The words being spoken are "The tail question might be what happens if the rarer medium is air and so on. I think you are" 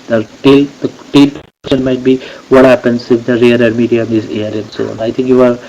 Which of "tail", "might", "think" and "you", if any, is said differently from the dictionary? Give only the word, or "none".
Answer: think